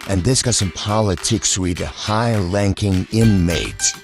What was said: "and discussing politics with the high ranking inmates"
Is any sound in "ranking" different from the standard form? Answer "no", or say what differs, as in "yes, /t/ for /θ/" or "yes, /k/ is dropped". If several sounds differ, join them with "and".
yes, /l/ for /ɹ/